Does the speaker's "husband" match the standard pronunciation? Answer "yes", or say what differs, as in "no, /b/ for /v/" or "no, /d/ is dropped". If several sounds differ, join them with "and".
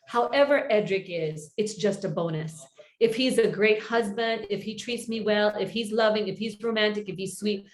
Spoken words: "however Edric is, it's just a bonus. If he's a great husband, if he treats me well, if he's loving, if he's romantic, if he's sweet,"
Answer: yes